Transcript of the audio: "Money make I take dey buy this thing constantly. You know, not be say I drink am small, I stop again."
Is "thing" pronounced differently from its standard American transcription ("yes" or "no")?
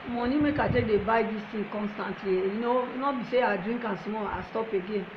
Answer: yes